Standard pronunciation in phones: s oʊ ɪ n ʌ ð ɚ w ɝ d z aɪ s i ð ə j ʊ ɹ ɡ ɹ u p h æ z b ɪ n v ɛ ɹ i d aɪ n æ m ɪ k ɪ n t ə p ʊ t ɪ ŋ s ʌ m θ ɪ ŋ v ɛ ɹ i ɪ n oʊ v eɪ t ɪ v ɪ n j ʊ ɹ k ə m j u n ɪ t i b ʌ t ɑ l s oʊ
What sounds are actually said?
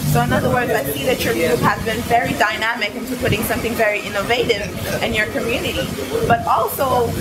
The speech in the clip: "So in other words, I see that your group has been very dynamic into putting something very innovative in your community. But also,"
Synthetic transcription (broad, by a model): s oʊ ɪ n ʌ ð ɚ w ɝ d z aɪ s i ð ə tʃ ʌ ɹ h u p h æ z b ɪ n v ɛ ɹ i d aɪ n æ m ɪ k ɪ n t ə p ʊ t ɪ ŋ s ʌ m θ ɪ ŋ v ɛ ɹ i ɪ n oʊ v eɪ t ɪ v ɪ n j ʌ ɹ k ə m j u n ɪ t i b ʌ t ɑ l s oʊ